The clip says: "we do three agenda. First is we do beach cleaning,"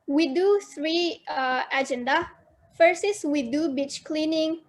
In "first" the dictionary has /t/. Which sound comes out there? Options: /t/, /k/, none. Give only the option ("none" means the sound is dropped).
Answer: none